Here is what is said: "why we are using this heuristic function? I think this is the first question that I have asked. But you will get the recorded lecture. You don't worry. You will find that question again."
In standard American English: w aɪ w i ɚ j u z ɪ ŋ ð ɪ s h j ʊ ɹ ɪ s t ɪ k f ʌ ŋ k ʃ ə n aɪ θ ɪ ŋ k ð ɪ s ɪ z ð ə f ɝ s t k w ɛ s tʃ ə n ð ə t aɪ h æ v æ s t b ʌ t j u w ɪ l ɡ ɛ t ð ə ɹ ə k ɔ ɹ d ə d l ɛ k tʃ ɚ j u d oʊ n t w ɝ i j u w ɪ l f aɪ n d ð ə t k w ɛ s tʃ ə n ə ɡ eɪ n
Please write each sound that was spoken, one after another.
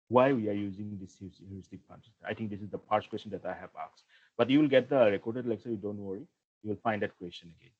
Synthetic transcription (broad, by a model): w aɪ w i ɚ j u z ɪ ŋ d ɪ s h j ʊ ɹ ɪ s t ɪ k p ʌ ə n aɪ t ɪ ŋ k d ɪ s ɪ z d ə p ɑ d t k w ɛ s tʃ ə n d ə t aɪ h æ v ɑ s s b ʌ t j u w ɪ l ɡ ɛ t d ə ɹ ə k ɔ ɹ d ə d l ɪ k s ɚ j u d oʊ n t w ɝ i j u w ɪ l f aɪ n d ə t k w ɛ s tʃ ə n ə ɡ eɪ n